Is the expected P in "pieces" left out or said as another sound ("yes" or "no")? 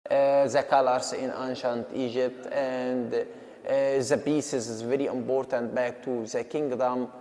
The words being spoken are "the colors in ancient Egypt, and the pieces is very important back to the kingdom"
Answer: yes